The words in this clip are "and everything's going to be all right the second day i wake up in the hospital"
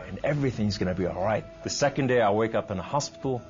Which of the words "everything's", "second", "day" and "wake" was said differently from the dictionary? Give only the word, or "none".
none